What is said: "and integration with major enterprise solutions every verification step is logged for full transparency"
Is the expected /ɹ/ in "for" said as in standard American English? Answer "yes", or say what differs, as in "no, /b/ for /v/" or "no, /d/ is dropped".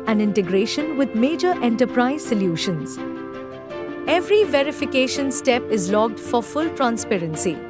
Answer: yes